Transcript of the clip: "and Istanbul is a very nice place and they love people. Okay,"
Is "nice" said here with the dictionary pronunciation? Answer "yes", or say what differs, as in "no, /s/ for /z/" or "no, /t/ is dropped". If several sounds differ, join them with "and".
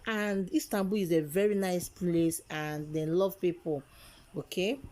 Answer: yes